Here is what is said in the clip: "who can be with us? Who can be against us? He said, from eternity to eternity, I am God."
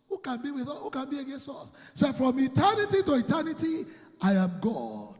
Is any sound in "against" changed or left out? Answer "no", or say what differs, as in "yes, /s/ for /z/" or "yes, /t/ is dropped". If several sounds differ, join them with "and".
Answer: no